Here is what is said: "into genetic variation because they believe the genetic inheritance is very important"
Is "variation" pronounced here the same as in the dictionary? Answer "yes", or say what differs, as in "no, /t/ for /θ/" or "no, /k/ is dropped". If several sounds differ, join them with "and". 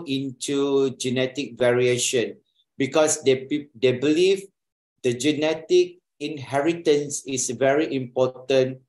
yes